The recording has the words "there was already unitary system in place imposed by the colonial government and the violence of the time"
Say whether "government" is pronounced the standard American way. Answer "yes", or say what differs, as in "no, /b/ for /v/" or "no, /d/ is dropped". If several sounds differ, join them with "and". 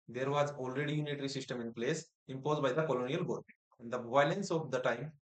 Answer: no, /n/ is dropped